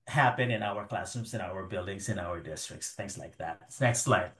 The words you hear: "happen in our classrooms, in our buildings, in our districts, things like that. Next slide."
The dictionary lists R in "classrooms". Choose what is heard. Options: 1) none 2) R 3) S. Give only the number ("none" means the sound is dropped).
1